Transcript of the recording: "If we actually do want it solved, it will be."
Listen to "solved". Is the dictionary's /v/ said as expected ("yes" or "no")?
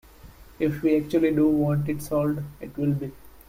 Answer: no